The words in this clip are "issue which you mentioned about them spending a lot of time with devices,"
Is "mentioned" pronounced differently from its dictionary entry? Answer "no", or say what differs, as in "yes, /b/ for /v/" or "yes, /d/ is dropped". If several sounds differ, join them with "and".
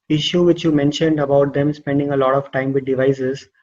no